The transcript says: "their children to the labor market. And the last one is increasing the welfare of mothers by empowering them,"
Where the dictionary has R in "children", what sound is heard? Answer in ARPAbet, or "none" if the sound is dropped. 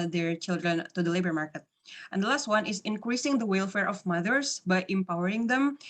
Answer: R